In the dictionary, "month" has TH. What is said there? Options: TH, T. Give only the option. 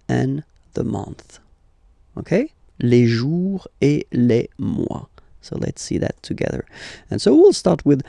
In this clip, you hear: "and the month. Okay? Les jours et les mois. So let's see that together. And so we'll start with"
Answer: TH